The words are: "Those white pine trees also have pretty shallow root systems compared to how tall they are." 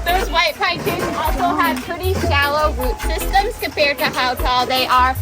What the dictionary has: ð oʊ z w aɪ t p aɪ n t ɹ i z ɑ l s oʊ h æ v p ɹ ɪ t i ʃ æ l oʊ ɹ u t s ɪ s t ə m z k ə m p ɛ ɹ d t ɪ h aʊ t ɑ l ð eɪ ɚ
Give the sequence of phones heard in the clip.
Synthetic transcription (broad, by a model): ð oʊ z w aɪ t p aɪ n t i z ɑ l s oʊ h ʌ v p ɹ ɪ t i ʃ æ l oʊ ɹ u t s ɪ s t ə m z k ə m p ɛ ɹ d t ɪ h aʊ t ɑ l ð eɪ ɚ